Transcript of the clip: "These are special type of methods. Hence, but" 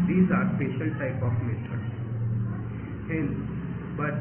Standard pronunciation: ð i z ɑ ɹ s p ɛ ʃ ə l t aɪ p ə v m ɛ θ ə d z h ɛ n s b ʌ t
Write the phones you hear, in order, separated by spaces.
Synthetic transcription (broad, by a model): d i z ɑ ɹ s p ɛ ʃ ə l t aɪ p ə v m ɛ t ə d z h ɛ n b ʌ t